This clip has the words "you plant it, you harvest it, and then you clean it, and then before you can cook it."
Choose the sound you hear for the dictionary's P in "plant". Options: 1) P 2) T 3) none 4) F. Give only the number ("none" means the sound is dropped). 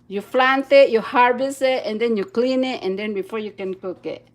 4